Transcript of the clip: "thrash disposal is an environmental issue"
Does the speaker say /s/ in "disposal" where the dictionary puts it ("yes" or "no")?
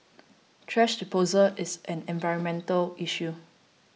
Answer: no